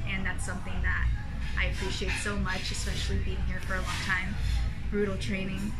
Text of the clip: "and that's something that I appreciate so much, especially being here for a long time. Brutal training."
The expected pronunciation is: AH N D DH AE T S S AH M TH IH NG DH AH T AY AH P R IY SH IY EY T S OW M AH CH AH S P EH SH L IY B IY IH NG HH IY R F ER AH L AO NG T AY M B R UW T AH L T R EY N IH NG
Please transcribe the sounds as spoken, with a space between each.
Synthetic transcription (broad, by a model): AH N DH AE T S S AH M TH IH NG DH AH T AY AH P R IY SH IY EY T S OW M AH CH AH S P EH SH L IY B IY IH NG HH IY R F ER AH L AO NG T AY M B R UW T L T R EY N IH NG